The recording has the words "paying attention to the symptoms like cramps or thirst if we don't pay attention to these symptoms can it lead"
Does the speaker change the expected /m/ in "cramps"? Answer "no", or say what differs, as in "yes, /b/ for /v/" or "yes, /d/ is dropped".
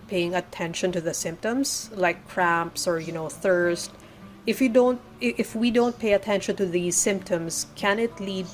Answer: no